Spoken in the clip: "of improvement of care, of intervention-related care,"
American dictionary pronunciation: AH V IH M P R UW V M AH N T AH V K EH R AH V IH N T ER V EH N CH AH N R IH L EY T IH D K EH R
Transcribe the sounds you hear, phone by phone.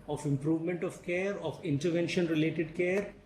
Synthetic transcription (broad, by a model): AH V IH M P R UW V M AH N T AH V K EH R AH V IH N T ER V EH N SH AH N R IH L EY T IH D K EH R